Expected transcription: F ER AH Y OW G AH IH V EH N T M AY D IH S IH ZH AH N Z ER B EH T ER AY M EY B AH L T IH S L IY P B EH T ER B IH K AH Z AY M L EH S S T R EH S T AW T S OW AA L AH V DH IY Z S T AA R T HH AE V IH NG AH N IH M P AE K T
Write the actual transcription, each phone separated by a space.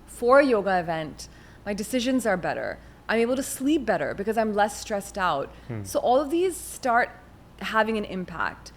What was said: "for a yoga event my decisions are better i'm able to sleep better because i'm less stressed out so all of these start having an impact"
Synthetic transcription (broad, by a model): F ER AH Y OW G AH IH V EH N T M AY D IH S IH ZH AH N Z ER B EH T ER AY M EY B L T IH S L IY P B EH T ER B IH K AH Z AY M L EH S S T R EH S T AW T S OW AA L AH V DH IY Z S T AA R T HH AE V IH NG AH N IH M P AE K T